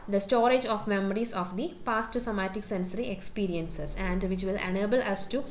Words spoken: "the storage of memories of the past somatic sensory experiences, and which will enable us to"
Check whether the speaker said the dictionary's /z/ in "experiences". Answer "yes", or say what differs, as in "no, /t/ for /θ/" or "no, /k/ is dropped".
no, /s/ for /z/